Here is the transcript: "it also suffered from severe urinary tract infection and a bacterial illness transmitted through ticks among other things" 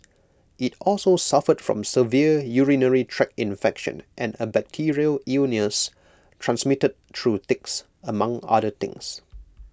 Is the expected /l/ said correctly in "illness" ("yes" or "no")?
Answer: no